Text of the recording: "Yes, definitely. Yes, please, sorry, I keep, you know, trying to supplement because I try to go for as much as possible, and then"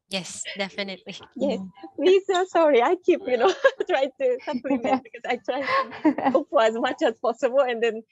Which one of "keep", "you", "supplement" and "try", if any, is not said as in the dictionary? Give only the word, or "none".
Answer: supplement